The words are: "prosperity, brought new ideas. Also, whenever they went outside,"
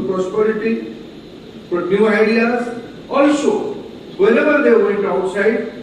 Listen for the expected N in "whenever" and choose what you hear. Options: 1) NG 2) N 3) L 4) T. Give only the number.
3